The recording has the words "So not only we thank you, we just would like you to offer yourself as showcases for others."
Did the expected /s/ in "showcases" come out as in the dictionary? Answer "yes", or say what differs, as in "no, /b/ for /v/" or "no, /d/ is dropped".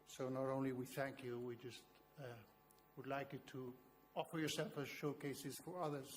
yes